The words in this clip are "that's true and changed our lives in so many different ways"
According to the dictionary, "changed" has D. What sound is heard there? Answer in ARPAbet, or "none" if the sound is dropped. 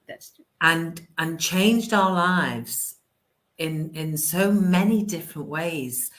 D